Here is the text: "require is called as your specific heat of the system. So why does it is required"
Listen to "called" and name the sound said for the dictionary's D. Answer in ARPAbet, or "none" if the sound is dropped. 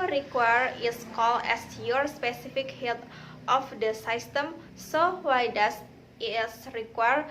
none